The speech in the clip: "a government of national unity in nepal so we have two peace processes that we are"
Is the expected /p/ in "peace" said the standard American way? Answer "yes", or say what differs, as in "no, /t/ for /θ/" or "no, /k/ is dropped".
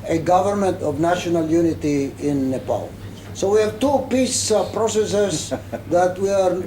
yes